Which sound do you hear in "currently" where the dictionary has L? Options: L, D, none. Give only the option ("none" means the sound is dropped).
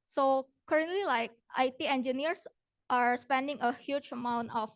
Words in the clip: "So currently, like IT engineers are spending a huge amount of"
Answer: L